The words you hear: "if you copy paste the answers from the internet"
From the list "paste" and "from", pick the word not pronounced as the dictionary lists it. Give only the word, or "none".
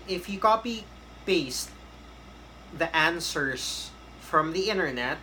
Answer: paste